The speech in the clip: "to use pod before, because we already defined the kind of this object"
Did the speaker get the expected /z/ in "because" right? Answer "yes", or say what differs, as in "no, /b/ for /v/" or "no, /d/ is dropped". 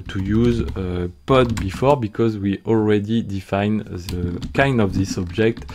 yes